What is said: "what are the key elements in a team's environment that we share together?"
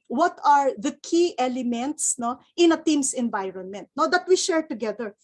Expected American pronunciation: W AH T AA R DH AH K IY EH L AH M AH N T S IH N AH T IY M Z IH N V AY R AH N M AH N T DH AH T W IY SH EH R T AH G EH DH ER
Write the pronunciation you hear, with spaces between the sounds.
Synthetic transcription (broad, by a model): W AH T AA R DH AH K IY EH L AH M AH N T S IH N AH T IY M S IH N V AY R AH N M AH N T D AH T W IY SH EH R T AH G EH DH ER